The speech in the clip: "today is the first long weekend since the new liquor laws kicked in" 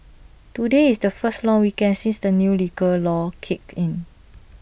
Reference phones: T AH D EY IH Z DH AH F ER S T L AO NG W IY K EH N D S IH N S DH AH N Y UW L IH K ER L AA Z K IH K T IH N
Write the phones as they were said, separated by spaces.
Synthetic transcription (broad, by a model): T AH D EY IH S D AH F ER S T L AO NG W IY K EH N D S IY N S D AH N Y UW L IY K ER L AA K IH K IH N